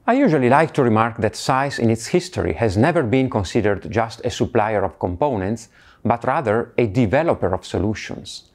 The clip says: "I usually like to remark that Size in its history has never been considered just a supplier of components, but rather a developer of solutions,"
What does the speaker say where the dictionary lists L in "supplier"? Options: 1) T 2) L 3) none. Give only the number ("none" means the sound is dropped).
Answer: 2